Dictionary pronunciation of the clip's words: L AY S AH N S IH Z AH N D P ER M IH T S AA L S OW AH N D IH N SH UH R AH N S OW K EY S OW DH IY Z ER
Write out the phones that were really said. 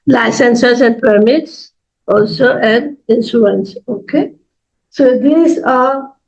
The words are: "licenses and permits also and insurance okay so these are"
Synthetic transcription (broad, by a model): L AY S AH N S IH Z AH N D P ER M IH T S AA L S OW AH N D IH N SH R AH N S OW K EY S OW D IY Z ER